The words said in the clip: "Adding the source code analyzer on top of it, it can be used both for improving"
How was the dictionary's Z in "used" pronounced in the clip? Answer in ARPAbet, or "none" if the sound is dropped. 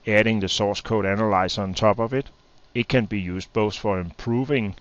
S